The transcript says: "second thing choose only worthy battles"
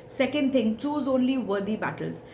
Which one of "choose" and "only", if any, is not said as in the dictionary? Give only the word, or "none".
none